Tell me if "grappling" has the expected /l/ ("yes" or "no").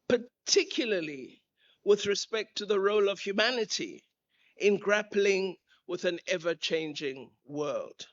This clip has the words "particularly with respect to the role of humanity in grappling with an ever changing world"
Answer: yes